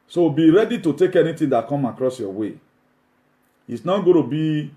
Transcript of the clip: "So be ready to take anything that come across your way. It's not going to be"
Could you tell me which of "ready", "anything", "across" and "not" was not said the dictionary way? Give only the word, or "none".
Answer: anything